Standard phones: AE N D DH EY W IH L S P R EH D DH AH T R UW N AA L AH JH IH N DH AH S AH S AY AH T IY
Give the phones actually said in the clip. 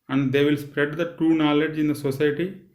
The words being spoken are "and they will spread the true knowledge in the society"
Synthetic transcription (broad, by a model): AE N D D EY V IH L S P R EH D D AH T UW N AA L AH JH IH N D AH S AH S AY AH T IY